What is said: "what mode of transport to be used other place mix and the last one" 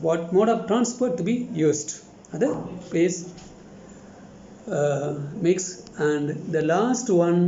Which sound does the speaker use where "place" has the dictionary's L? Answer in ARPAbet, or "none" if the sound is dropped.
none